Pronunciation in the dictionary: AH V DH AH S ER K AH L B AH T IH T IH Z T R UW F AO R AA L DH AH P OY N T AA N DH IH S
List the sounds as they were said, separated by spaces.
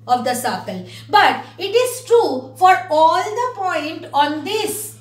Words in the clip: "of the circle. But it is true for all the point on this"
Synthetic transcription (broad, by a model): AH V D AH S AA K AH L B AH T IH T IH Z T R UW F AO R AA L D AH P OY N T AA N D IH S